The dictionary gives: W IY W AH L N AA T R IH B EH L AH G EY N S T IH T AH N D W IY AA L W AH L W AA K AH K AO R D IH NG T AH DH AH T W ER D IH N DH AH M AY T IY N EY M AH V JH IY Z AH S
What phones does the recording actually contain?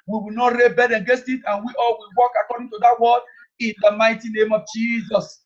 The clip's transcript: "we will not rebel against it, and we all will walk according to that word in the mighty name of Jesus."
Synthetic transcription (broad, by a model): W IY W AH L N AA T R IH B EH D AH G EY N S T IH T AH N W IY AA L W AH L W AA K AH K AO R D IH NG T AH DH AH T W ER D IH N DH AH M AY T IY N EY M AH V JH IY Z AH S